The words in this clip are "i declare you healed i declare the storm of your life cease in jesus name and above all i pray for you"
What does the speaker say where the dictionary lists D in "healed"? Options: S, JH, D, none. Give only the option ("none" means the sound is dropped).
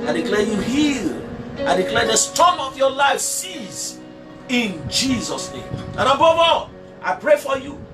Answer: none